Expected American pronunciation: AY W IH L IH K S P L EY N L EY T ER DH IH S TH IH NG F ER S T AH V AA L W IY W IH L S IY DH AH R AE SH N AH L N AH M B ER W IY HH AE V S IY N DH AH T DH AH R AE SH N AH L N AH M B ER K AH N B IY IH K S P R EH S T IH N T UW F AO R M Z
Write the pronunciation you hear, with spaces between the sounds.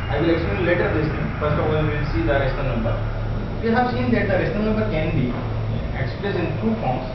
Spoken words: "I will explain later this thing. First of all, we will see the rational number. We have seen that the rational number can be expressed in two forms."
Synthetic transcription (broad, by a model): AY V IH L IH K S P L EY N L EY T ER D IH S T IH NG F ER S T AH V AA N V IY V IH L S IY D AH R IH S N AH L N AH M B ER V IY HH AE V S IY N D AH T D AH R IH S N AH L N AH M B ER K AH N B IY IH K S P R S IH N T UW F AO R M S